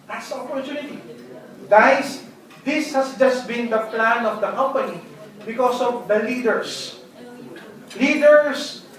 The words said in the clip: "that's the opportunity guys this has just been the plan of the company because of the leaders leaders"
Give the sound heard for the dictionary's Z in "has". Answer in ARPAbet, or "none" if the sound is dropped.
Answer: S